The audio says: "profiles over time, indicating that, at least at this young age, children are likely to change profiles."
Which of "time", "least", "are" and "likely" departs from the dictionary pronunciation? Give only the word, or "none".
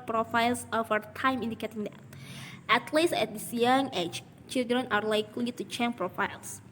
least